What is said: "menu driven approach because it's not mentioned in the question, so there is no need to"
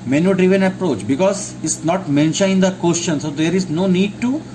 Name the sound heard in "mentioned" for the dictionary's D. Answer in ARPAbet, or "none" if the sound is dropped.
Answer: none